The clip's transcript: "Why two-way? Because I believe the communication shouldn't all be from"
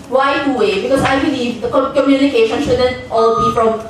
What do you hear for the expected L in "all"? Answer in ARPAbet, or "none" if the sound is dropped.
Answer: L